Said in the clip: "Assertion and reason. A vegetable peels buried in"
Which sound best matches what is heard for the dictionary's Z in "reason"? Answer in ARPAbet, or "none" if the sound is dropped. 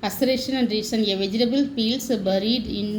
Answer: S